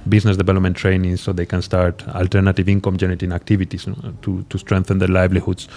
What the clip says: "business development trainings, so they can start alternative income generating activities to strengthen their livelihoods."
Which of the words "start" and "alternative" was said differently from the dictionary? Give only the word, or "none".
none